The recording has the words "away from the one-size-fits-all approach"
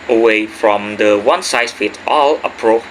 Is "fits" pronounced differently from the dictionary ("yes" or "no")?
yes